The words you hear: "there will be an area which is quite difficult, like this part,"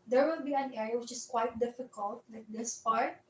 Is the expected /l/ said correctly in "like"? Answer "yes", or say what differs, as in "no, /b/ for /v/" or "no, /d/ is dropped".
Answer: no, /w/ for /l/